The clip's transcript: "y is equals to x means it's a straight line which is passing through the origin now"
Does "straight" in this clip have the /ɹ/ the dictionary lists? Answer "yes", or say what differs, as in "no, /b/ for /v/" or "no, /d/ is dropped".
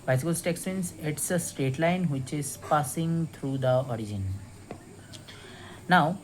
no, /ɹ/ is dropped